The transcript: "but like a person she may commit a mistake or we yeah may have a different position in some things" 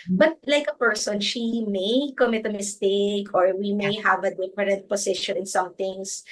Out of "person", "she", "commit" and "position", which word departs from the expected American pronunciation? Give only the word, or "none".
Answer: position